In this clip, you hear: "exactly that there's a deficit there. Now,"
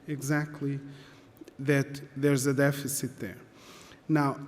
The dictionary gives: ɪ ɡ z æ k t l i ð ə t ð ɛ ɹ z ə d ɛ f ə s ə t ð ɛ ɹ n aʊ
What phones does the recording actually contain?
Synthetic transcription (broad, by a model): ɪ ɡ z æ k t l i ð ə t ð ɛ ɹ z ə d ɛ f ə s ə t ð ɛ ɹ n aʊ